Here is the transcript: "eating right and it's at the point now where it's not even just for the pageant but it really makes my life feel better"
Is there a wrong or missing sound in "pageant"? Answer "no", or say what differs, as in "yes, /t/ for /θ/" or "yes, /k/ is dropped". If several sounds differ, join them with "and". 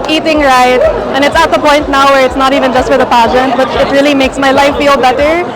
no